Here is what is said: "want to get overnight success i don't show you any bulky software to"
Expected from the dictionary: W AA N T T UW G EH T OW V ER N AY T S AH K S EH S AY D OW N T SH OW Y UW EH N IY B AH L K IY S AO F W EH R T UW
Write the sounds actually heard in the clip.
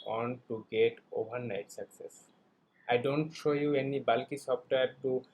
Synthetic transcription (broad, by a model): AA N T T UW G EH T OW B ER N AY T S AH K S EH S AY D OW N T SH OW Y UW EH N IY B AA L K IY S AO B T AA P T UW